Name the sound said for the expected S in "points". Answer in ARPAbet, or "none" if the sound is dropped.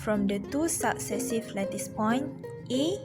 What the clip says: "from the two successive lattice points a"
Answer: none